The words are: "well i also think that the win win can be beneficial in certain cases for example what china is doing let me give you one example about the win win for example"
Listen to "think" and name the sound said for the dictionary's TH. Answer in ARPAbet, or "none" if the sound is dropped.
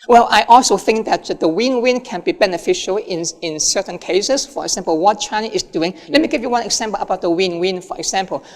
TH